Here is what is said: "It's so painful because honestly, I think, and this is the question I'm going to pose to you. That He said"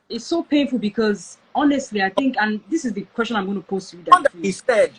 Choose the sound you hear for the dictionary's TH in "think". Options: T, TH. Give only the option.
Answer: TH